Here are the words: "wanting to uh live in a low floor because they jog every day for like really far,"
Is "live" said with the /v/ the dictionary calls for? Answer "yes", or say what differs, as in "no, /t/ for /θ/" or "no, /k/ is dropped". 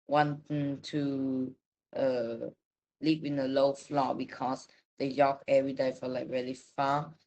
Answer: no, /p/ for /v/